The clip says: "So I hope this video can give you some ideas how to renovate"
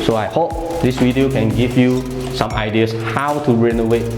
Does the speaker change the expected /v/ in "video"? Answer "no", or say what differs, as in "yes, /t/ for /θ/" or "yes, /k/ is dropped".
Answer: yes, /w/ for /v/